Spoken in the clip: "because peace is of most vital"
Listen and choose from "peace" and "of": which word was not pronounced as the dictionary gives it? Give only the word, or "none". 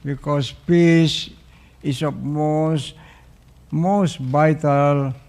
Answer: of